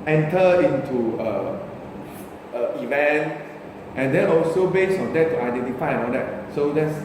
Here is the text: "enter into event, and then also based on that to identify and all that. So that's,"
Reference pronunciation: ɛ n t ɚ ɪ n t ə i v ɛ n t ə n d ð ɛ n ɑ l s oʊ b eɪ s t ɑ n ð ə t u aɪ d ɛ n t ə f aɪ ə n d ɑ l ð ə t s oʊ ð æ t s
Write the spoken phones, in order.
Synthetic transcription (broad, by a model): ɛ n t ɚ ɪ n t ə i v ɛ n t ə n d ɛ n ɑ l s oʊ b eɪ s ɑ n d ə t u aɪ d ɛ n t ə f aɪ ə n ɑ l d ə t s oʊ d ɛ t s